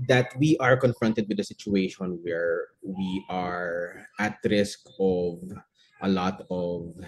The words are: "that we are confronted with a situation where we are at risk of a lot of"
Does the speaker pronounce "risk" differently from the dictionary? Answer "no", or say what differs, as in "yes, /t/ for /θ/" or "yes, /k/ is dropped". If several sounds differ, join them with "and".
no